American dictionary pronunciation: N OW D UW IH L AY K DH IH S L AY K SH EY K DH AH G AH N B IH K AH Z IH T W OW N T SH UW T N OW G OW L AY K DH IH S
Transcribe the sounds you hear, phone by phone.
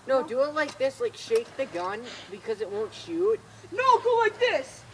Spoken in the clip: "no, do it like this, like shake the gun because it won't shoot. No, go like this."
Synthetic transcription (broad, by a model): N OW D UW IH L AY K DH IH S L AY K SH EY K DH AH G AH N B IH K AH Z IH T W OW N T SH UW T N OW G OW L AY K DH IH S